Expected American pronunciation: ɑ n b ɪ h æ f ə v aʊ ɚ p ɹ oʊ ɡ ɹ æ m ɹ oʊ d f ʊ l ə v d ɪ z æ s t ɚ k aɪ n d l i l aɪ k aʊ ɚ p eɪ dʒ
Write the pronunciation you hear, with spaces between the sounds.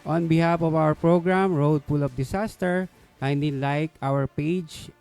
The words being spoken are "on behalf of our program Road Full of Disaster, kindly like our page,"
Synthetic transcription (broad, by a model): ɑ n b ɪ h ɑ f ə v aʊ ɚ p ɹ oʊ ɡ ɹ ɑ m ɹ oʊ d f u l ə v d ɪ s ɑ s t ɚ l aɪ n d i l aɪ k aʊ ɚ p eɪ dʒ